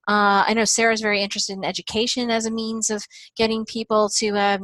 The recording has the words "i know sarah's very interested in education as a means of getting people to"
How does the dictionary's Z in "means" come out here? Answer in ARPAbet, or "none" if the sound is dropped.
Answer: Z